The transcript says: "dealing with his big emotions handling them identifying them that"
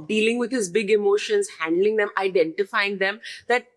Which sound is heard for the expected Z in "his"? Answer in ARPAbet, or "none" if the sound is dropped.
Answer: Z